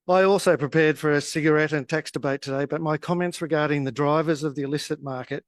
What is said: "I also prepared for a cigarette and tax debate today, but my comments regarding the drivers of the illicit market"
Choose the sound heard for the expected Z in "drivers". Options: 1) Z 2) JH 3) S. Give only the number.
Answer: 1